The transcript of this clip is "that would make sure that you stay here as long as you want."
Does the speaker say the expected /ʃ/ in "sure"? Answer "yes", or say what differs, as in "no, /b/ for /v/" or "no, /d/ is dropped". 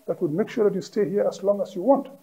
yes